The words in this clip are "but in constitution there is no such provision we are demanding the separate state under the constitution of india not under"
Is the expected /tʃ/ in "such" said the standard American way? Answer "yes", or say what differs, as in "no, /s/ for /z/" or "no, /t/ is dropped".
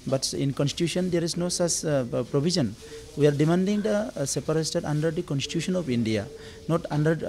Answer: no, /s/ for /tʃ/